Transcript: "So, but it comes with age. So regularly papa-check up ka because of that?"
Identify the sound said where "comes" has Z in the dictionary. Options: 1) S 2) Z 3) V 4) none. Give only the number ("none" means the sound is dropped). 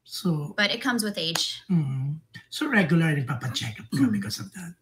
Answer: 2